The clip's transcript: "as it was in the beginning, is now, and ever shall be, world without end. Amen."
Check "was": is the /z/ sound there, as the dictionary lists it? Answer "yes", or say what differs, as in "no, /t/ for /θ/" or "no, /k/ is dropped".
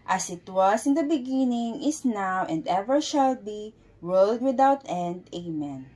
no, /s/ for /z/